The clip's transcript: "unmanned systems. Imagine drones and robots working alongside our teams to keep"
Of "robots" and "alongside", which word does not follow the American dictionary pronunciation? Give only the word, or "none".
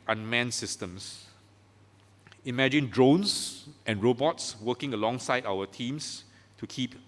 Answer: none